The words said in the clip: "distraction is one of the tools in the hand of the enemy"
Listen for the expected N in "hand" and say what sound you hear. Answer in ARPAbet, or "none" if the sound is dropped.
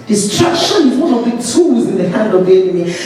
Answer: N